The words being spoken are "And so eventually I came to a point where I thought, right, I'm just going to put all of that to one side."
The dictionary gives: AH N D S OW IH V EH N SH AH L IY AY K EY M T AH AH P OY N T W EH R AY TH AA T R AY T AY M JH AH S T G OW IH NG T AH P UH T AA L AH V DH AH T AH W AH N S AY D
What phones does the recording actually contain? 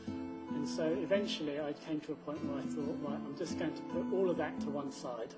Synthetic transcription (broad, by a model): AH N S OW IH V EH N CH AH L IY AY K EY M T AH AH P OY N T W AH R AY TH AA T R AY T AY M JH AH S G OW IH NG T AH P UH T AA L AH V DH AH T AH W AH N S AY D